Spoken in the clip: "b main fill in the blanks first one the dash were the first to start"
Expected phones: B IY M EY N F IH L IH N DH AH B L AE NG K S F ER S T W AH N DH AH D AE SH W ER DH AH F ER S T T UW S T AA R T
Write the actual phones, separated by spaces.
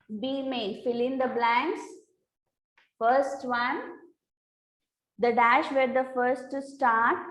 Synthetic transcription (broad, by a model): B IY M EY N F IH L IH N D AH B L AE NG K S F ER S T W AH N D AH D AE SH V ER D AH F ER S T T UW S T AA R T